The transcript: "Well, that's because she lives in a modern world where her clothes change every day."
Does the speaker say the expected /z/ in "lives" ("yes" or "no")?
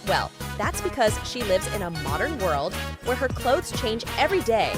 yes